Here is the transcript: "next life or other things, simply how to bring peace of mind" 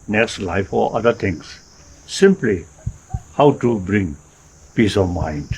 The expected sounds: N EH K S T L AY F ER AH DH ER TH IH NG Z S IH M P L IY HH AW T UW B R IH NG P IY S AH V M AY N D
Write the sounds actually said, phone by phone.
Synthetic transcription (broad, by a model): N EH K S T L AY F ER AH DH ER T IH NG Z S IH M P L IY HH AW T UW B R IH NG P IY S AH V M AY N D